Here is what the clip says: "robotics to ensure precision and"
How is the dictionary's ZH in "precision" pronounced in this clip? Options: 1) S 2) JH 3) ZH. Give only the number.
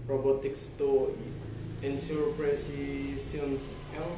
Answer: 1